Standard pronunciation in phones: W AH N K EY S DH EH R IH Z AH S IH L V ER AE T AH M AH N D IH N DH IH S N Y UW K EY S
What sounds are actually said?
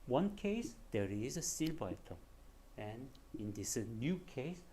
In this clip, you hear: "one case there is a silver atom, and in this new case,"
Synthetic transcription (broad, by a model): W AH N K EY S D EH R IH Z AH S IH L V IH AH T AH AH N IH N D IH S N Y UW K EY S